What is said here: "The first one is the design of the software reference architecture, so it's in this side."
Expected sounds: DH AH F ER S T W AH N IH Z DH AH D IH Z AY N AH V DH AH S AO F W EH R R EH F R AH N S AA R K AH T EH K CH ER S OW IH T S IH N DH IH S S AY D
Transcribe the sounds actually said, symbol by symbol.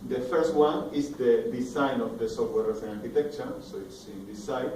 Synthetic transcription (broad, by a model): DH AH F ER S T W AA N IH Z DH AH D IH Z AY N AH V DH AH S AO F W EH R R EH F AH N AA R K AH T EH K CH ER S OW IH T S IH N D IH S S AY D